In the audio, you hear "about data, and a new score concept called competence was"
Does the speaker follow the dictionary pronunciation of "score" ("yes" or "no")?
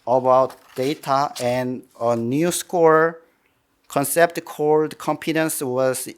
yes